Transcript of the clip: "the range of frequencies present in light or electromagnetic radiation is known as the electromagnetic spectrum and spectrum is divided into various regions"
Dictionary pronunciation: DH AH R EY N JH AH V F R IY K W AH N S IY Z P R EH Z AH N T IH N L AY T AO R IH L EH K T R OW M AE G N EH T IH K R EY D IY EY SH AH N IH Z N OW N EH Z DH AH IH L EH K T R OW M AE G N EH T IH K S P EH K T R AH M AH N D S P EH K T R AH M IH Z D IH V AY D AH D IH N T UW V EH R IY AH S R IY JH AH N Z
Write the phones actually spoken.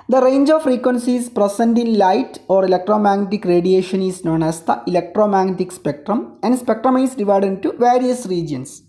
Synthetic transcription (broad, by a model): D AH R EY N JH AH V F R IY K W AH N S IY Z P R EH S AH N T IH N L AY T AO R IH L EH K T R OW M AE G N EH T IH K R EY D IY EY SH AH N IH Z N OW N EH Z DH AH IH L EH K T R OW M AE G N EH T IH K S P EH K T R AH M AH N D S P EH K T R AH M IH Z D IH V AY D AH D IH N T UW V EH R IY AH S R IY JH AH N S